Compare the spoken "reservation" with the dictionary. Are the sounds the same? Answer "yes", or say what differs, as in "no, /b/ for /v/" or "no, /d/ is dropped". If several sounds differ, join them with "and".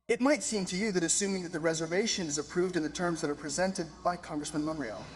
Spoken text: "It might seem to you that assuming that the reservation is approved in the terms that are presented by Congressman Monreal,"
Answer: yes